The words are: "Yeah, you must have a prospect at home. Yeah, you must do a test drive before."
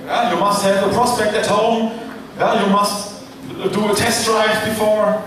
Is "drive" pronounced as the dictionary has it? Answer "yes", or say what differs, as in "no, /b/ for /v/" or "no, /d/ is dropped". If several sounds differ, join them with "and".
no, /f/ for /v/